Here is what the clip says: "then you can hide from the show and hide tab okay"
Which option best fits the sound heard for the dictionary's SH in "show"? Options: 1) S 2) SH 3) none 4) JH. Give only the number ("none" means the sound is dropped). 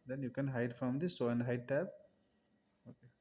1